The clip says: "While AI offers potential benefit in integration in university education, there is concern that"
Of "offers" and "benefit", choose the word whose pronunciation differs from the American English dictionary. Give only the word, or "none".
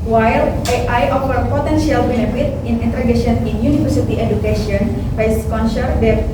offers